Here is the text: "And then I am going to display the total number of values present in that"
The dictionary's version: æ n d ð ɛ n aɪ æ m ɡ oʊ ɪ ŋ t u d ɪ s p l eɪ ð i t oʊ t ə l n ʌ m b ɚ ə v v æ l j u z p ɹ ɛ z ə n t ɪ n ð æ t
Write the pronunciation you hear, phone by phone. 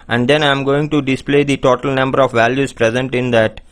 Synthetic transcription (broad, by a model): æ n d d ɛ n aɪ m ɡ oʊ ɪ ŋ t u d ɪ s p l eɪ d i t oʊ t ə l n ʌ m b ɚ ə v v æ l j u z p ɹ ɛ z ə n t ɪ n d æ t